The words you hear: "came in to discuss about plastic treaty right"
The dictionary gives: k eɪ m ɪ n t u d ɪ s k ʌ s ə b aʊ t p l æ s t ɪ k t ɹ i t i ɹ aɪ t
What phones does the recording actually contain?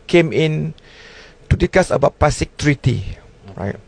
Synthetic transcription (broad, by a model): k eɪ m ɪ n t u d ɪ k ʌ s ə b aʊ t p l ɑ s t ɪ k t ɹ i t i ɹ aɪ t